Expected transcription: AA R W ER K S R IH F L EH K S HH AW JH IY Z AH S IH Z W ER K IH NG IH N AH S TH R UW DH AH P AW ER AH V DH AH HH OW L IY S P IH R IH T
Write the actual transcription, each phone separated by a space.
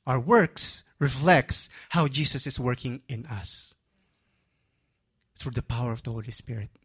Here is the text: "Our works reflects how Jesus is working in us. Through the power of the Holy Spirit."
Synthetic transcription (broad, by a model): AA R W ER K S R IH F L EH K S HH AW JH IY S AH S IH S W ER K IH NG IH N AH S TH R UW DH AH P AW ER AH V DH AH HH OW L IY S P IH R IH T